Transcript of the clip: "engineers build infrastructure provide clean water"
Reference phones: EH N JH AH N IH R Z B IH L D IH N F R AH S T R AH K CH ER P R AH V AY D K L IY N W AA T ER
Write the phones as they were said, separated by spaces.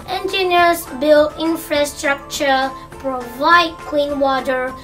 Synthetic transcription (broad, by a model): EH N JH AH N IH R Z B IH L IH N F R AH S T R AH K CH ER P R AH V AY D K W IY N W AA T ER